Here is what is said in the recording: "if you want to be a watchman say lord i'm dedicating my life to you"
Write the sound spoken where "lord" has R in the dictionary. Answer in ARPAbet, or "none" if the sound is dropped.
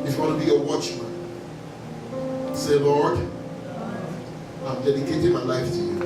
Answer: R